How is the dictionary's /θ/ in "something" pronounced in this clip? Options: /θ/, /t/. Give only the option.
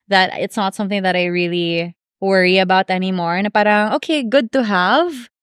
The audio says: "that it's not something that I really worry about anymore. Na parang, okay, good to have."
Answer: /θ/